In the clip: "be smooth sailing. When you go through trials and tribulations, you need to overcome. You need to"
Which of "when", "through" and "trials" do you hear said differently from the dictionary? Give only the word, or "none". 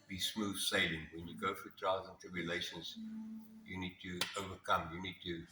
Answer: through